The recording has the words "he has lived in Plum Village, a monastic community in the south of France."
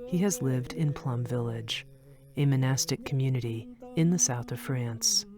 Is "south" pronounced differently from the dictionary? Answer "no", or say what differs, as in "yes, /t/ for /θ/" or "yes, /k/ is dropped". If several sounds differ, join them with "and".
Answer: no